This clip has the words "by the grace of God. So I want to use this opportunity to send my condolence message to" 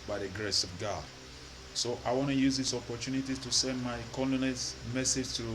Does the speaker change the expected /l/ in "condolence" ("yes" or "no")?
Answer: yes